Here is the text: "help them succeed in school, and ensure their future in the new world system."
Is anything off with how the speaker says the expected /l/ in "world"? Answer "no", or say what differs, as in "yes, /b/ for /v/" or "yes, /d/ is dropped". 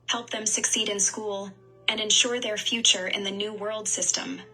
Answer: no